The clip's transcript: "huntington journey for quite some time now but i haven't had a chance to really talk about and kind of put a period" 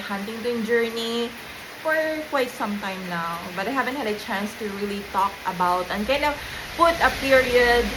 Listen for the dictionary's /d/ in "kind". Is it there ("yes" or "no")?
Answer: no